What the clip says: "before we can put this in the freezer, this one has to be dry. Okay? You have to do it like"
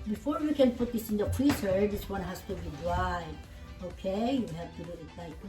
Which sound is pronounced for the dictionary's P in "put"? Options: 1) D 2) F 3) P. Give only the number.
2